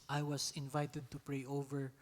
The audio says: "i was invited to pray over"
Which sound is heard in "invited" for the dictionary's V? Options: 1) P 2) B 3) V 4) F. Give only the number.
3